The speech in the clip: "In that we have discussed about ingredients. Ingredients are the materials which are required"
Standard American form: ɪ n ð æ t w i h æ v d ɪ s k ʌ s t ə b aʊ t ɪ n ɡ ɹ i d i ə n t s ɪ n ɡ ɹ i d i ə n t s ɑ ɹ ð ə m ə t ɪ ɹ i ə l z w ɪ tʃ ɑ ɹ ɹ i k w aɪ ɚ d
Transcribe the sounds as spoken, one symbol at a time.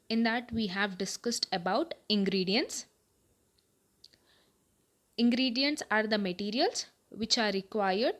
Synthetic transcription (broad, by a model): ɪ n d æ t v i h æ v d ɪ s k ʌ s t ə b aʊ t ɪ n ɡ ɹ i d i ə n t s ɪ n ɡ ɹ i d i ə n t s ɑ ɹ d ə m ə t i ɹ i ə l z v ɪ tʃ ɑ ɹ ɹ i k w aɪ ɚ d